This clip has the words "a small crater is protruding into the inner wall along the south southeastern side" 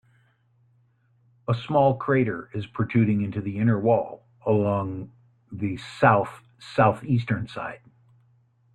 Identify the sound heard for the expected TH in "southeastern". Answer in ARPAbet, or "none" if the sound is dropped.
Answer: TH